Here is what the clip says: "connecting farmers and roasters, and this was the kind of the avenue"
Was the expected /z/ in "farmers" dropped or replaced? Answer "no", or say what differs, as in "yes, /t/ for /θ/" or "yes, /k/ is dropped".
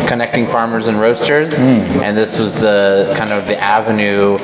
no